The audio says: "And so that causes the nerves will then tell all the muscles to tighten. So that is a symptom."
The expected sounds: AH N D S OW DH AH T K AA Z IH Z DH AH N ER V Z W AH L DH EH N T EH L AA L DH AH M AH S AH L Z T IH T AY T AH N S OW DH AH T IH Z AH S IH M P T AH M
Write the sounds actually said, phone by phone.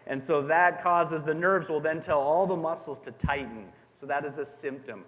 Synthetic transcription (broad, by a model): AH N S OW DH AH T K AA Z IH Z DH AH N ER V Z W AH L DH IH N T EH L AA L DH AH M AH S L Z T IH T AY T N S OW DH AH T IH Z AH S IH M P T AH M